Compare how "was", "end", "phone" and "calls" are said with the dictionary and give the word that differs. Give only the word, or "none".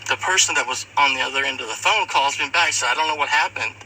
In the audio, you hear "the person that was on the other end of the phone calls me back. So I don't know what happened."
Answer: none